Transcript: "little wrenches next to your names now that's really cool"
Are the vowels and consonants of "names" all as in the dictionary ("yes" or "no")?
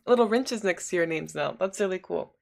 yes